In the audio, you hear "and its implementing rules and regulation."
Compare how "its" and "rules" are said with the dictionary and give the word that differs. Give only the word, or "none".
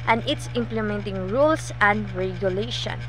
rules